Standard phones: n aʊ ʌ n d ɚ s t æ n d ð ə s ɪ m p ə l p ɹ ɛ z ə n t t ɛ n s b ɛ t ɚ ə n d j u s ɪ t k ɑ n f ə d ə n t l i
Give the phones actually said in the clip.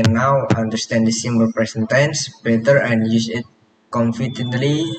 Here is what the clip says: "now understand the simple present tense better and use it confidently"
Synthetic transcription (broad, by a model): n aʊ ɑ n d ɚ s t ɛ n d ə s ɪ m b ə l p ɹ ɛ s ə n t t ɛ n s b ɛ t ɚ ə n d j u s ɪ t k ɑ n f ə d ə n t l i